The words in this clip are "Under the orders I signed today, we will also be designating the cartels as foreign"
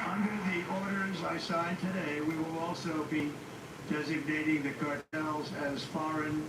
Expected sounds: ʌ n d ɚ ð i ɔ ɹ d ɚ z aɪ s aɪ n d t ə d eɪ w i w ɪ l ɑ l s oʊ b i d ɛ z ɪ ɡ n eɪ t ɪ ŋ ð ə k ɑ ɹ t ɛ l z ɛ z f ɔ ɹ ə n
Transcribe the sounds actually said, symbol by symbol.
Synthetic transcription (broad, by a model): ʌ n d ɚ ð i ɔ ɹ d ɚ z aɪ s aɪ n t ə d eɪ w i w ɪ l ɑ l s oʊ b i d ɛ z ɪ ɡ n eɪ t ɪ ŋ ð ə k ɑ ɹ t ɛ l z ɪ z f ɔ ɹ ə n